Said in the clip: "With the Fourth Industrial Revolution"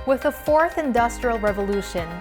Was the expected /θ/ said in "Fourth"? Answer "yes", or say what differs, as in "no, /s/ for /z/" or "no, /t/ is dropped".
yes